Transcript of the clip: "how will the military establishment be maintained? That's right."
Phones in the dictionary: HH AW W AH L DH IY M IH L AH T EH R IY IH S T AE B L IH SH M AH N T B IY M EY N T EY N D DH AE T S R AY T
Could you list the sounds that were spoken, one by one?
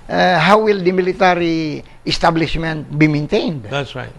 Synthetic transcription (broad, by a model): HH AW W AH L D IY M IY L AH T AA R IY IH S T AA B L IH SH M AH N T B IY M EY N T EY N D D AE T S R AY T